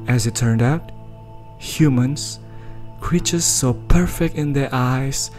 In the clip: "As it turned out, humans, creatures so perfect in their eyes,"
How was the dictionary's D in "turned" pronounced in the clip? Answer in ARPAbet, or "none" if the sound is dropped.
D